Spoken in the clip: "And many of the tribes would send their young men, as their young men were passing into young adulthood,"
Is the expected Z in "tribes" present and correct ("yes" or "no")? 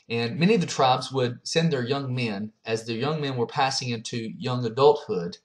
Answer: yes